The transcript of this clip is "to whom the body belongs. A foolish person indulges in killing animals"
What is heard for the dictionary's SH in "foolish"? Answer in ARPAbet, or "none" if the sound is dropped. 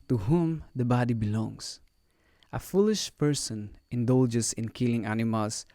SH